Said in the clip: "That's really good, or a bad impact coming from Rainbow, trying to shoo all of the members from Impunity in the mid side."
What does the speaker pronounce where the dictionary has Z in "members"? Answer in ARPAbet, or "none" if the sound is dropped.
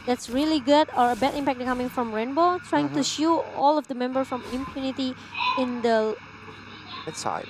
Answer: none